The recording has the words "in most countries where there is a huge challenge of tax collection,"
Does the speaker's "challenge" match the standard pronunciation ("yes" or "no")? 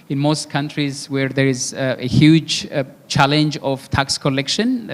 yes